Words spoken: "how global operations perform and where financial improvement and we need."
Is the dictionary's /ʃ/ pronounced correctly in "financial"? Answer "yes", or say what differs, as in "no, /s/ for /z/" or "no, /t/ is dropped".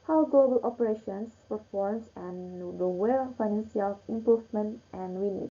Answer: no, /s/ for /ʃ/